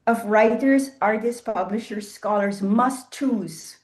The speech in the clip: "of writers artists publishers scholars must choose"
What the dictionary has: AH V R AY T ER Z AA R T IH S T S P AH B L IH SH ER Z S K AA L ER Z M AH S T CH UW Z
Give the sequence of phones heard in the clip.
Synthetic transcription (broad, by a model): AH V R AY T ER Z AA R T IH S S P AH B L IH SH ER Z S K AA L ER Z M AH S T CH UW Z